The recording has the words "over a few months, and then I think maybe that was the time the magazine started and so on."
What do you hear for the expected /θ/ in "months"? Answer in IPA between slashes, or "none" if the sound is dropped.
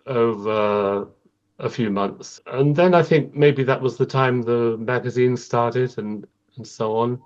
/θ/